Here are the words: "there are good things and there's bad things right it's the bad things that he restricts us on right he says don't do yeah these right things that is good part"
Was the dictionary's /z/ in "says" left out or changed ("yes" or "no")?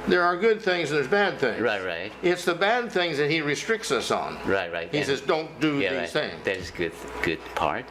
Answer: no